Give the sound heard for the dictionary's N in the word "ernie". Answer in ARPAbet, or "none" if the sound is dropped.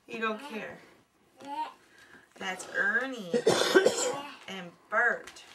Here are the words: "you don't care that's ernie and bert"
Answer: N